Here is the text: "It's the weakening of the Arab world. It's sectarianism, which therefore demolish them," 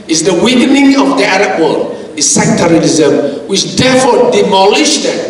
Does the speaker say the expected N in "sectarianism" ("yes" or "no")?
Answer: no